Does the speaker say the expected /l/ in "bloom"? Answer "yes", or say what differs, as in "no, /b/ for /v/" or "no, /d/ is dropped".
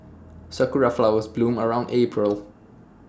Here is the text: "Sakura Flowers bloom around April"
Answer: yes